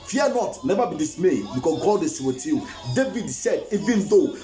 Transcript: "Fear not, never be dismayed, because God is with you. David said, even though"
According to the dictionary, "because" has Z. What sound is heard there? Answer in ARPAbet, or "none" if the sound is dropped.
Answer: none